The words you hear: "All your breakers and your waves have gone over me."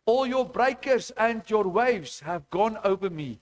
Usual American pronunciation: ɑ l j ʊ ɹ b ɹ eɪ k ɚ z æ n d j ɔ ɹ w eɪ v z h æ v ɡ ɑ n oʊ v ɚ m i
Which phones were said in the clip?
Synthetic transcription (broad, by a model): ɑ l j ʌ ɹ b ɹ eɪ k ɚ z æ n d j ɔ ɹ w eɪ v z h æ v ɡ ɑ n oʊ v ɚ m i